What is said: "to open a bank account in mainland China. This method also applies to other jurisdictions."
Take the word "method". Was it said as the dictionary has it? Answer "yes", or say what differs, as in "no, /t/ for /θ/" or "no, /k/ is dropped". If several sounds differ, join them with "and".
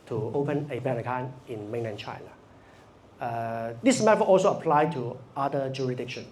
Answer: no, /f/ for /θ/ and /d/ is dropped